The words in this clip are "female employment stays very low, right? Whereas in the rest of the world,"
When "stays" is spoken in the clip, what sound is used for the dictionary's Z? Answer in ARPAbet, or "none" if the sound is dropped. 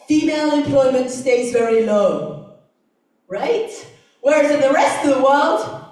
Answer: Z